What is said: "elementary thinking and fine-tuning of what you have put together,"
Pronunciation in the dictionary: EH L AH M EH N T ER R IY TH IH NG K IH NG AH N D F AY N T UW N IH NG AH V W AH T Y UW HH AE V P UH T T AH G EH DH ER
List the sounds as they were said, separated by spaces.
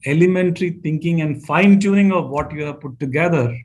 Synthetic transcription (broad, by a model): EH L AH M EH N T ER R IY T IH NG K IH NG AH N D F AY N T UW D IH NG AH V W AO T Y UW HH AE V P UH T T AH G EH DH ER